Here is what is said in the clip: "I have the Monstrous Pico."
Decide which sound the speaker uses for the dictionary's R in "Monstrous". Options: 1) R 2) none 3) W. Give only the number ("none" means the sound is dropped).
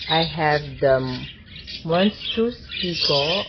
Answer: 2